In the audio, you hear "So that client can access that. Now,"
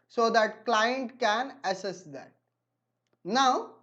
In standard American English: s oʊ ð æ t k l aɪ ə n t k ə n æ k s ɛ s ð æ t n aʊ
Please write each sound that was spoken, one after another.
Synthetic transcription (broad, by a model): s oʊ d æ t k l aɪ ə n t k ə n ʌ s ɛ s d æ t n aʊ